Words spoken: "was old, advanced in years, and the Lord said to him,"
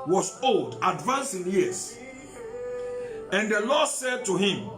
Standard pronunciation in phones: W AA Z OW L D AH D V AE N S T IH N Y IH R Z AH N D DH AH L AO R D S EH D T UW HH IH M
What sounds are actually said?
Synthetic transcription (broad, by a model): W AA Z OW L D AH D V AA N S IH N Y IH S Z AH N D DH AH L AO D S EH D T UW HH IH M